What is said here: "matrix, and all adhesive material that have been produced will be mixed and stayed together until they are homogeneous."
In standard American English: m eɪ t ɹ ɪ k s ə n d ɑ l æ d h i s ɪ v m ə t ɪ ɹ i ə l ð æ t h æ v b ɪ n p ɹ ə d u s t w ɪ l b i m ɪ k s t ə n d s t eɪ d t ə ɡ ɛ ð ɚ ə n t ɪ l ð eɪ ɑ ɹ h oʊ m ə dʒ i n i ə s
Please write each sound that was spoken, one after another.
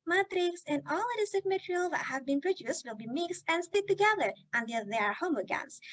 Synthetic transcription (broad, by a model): m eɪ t ɹ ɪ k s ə n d ɑ l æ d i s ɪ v m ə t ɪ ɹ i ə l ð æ t h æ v b ɪ n p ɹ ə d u s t w ɪ l b i m ɪ k s t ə n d s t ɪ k t ə ɡ ɛ ð ɚ ə n t ɪ l ð eɪ ɑ ɹ h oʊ m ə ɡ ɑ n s